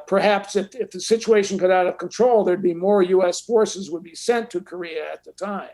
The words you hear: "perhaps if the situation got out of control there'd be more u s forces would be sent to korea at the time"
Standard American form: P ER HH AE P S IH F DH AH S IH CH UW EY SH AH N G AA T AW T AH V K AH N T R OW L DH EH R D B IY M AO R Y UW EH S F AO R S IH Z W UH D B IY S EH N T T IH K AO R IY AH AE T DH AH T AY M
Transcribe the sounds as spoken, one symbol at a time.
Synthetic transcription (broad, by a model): P ER HH AE P S IH F DH AH S IH CH UW EY SH AH N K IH T AW T AH V K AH N T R OW L DH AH R D B IY M AO R Y UW EH S F AO R S IH Z W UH D B IY S EH N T T IH K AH R IY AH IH T DH AH T AY M